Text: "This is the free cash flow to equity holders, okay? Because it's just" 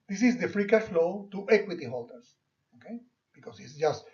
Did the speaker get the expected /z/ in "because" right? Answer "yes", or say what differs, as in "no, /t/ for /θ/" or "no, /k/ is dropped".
no, /s/ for /z/